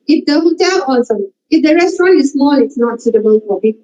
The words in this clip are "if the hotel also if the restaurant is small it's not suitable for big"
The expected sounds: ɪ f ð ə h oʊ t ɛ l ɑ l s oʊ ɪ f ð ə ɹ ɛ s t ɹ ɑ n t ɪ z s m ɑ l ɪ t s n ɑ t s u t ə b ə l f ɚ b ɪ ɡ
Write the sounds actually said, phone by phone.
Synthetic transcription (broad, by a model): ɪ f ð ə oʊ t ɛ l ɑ s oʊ ɪ f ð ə ɹ ɛ s t ɹ ɑ n t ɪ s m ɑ n ɪ t s n ɑ t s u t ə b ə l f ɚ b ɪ